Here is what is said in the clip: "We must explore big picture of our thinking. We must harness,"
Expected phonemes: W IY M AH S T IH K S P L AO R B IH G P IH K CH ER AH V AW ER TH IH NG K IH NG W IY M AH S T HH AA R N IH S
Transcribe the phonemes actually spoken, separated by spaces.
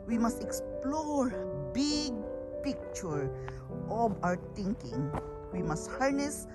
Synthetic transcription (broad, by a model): W IY M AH S T IH K S P L AO R B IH G P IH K CH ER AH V AW ER T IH NG K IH NG W IY M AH S T HH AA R N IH S